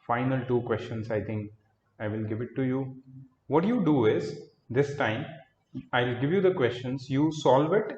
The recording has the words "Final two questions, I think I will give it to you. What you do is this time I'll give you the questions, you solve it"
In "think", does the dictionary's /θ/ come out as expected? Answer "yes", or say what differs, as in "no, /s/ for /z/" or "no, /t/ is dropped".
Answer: no, /t/ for /θ/